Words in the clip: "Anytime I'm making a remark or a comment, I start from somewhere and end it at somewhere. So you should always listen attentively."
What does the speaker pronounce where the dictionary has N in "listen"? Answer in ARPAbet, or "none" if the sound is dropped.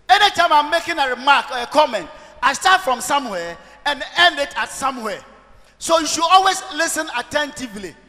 N